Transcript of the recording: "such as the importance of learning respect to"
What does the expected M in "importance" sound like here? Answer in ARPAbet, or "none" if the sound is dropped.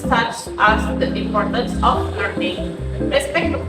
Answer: none